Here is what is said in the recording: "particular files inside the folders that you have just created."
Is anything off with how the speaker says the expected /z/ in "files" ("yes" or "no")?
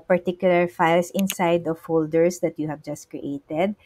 yes